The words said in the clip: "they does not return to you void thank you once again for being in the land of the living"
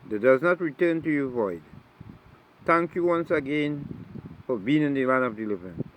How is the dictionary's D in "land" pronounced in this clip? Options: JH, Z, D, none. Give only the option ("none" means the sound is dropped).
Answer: none